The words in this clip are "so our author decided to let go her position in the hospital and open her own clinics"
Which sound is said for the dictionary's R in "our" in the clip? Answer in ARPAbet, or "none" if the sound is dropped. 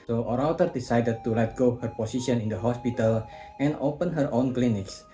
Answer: R